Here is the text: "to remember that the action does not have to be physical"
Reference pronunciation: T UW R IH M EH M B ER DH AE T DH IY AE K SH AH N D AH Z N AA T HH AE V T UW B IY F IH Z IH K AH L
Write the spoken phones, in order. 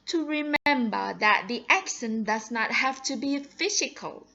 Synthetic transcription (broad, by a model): T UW R IH M EH M B ER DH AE T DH IY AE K S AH N D AH Z N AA T HH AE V T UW B IY F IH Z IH K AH L